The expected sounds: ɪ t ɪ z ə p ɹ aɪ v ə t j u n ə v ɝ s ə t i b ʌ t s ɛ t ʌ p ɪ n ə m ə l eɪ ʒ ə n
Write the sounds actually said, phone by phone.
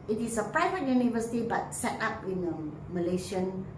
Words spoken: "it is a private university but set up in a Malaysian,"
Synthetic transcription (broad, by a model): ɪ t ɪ s ə p ɹ aɪ v ə t j u n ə v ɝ s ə t i b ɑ t s ɛ t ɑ p ɪ n ə m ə l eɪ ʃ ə n